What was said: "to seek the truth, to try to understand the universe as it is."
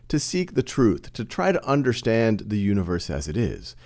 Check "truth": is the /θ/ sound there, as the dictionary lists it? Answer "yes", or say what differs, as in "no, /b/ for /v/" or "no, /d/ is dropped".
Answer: yes